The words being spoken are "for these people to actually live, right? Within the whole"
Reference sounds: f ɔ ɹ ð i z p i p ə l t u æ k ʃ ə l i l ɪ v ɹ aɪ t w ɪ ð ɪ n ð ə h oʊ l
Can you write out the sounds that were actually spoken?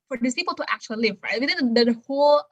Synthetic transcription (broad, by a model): f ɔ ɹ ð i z p i p ə l t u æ k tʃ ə l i l ɪ v ɹ aɪ t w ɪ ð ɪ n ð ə h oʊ l